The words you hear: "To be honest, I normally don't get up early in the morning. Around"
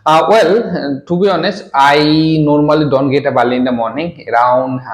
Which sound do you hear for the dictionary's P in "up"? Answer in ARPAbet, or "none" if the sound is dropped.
B